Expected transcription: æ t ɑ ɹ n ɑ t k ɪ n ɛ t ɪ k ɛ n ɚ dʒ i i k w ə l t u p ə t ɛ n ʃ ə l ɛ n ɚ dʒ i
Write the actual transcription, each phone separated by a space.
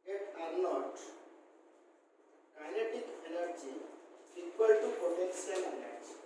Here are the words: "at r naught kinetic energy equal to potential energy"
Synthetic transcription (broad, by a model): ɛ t ɑ ɹ n ɑ t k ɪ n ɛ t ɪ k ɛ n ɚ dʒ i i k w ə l t u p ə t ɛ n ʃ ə n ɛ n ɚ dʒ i